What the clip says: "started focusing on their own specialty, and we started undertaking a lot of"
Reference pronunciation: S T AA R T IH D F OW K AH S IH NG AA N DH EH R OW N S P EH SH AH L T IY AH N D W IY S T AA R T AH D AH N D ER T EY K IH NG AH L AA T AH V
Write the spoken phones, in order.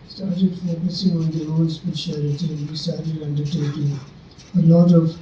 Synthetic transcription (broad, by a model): S T AA R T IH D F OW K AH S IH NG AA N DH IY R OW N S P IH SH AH T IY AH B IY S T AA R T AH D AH N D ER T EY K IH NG AH L AA T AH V